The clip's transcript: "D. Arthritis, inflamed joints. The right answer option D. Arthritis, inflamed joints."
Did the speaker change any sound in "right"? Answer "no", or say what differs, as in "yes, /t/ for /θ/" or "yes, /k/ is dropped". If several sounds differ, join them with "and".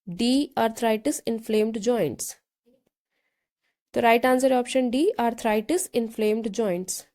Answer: no